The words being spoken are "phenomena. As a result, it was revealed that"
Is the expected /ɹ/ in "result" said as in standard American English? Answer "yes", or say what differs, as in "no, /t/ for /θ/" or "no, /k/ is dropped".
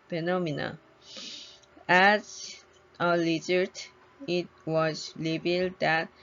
no, /l/ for /ɹ/